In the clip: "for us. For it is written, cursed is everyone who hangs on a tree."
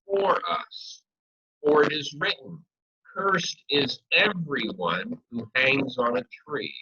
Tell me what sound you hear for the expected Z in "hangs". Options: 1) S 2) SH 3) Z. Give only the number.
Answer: 3